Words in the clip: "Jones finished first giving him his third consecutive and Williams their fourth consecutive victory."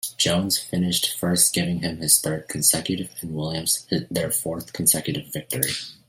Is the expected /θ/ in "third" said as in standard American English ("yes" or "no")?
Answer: yes